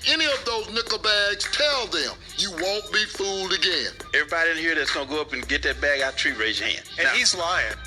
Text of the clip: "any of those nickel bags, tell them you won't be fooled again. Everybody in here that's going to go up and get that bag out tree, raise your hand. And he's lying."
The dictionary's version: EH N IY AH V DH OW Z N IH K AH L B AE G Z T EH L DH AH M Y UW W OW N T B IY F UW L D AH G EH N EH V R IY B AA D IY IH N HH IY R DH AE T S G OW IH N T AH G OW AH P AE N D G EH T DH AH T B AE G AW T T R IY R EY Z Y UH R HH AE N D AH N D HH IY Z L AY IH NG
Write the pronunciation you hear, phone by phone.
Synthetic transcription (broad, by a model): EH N IY AH V DH OW Z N IH K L B AE G Z T EH L DH AH M Y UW W OW N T B IY F UW L D AH G EH N EH V R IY B AA D IY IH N HH IY R DH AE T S G OW IH N G OW AH P N G EH T DH AH T B AE G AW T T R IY R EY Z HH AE N AH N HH IY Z L AY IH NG